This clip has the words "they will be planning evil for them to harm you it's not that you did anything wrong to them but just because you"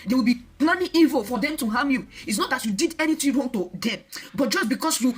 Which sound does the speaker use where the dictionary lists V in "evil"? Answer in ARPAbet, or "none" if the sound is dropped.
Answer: V